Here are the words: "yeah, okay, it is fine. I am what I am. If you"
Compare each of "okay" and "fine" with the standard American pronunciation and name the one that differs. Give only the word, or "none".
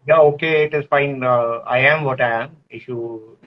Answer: none